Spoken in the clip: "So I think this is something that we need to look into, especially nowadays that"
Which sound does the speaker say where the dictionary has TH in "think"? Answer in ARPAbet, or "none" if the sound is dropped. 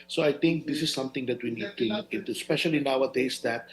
T